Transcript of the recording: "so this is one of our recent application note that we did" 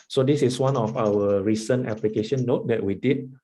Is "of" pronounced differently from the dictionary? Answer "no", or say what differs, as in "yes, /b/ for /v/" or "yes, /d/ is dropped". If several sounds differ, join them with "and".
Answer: yes, /f/ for /v/